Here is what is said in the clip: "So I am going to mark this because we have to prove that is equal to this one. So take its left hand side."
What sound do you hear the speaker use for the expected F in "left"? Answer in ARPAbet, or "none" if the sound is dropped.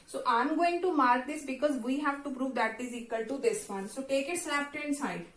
P